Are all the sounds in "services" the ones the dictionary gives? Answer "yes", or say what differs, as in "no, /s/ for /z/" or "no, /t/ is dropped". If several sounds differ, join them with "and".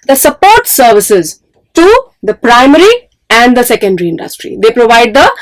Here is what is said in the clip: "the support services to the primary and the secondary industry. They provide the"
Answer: yes